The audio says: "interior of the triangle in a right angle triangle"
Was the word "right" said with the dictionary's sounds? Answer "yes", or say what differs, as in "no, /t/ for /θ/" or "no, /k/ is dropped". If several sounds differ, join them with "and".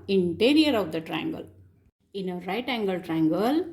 yes